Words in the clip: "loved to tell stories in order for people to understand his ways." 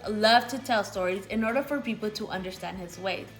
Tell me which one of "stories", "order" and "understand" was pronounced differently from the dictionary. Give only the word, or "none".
none